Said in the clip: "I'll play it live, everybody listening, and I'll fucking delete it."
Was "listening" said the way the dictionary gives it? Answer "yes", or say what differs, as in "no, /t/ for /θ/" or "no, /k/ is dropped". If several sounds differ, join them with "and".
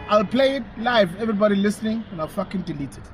yes